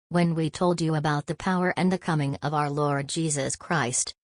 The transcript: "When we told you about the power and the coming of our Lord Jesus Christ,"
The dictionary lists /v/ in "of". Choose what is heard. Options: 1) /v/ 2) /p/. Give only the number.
1